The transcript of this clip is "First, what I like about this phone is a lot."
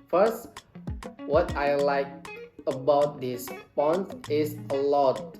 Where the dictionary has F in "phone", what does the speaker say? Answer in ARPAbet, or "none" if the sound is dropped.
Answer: P